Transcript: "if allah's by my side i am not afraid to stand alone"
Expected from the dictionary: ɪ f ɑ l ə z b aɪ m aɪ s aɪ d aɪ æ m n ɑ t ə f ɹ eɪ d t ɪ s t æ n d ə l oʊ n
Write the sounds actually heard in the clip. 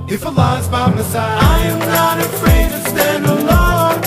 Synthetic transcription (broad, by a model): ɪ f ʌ l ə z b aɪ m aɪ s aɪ aɪ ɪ m n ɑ t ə f ɹ eɪ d t ɪ s t æ n d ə l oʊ